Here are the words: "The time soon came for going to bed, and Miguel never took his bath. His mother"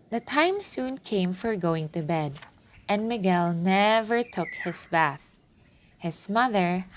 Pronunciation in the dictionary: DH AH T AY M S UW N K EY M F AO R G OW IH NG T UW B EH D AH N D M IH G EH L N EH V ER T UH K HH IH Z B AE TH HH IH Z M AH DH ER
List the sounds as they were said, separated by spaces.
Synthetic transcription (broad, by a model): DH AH T AY M S UW N K EY M F AO R G OW IH NG T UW B EH D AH N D M IH G EH L N EH V ER T UH K HH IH S B AE TH HH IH S M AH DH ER